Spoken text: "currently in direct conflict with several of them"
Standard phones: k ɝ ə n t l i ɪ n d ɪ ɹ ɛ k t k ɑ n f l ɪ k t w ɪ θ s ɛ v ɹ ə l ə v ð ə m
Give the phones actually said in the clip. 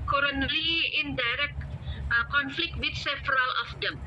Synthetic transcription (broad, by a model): k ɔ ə n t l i ɪ n d ɪ ɹ ɛ k t k ɑ n f l ɪ k t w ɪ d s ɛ f ɹ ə l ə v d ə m